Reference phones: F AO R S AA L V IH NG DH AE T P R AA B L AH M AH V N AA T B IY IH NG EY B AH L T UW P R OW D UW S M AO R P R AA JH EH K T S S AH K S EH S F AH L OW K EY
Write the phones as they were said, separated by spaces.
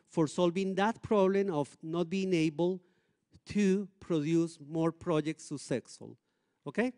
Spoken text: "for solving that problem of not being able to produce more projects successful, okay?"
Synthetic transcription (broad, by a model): F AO R S AA L V IH NG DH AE T P R AA B L AH M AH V N AA T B IY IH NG EY B AH L T UW P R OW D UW S M AO R P R AA JH EH K T S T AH S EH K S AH L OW K EY